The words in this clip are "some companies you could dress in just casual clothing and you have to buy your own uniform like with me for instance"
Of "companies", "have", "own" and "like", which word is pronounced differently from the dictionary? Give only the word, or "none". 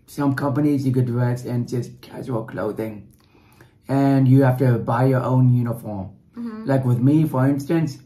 have